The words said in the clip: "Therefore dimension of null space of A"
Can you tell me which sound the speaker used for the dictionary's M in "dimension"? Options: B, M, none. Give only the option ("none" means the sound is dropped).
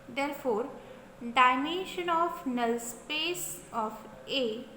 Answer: none